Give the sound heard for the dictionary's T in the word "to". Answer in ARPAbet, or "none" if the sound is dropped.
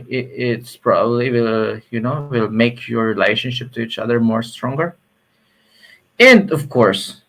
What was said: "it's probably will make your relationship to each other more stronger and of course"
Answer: T